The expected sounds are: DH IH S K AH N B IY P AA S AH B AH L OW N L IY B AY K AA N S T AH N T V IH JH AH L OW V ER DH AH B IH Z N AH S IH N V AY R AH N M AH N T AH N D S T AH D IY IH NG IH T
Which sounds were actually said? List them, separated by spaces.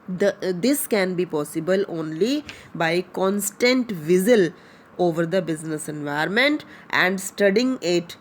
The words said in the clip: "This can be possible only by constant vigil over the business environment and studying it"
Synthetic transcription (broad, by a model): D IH S K AH N B IY P AA S AH B AH L OW N L IY B AY K AA N S T AH N T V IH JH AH L OW V ER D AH B IH Z N AH S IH N V AY AH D M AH N T AH N D S T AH D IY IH NG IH T